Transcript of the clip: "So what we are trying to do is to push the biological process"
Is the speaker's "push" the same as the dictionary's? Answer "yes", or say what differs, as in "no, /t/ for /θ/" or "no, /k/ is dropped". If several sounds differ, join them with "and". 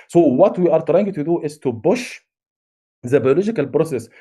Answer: no, /b/ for /p/